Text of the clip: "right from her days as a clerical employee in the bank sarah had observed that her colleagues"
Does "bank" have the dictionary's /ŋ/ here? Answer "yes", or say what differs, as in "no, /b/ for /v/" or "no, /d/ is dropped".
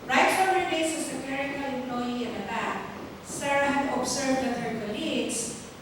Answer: no, /ŋ/ is dropped